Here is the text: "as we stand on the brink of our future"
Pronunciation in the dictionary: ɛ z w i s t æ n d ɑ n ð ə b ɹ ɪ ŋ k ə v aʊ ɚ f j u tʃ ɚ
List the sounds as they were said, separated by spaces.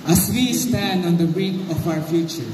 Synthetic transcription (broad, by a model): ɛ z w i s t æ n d ɑ n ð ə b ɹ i k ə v aʊ ɚ f j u tʃ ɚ